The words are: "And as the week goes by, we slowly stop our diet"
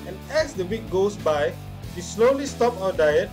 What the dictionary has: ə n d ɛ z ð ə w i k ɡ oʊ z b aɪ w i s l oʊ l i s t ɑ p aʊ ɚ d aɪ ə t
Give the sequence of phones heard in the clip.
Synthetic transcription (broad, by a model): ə n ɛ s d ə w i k ɡ oʊ s b aɪ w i s l oʊ l i s t ɑ p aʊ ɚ d aɪ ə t